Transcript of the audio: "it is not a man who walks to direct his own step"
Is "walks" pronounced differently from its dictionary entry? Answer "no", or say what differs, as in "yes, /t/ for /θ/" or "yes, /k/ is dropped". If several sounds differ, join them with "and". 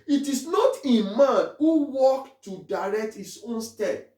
yes, /s/ is dropped